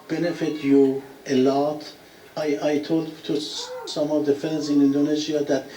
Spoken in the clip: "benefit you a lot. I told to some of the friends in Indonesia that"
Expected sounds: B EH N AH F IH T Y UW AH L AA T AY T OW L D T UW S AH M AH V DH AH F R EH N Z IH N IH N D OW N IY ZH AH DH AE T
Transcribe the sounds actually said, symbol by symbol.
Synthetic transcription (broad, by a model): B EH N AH F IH T Y UW AH L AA T AY T OW L D T UW S AH M AH V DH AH F EH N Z IH N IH N D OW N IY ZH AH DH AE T